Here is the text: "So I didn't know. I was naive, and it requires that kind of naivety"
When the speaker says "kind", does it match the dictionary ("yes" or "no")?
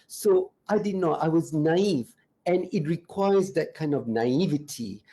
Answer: yes